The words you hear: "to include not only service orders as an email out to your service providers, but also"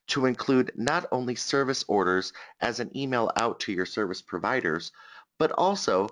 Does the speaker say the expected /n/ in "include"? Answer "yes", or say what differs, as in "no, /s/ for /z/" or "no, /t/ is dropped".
yes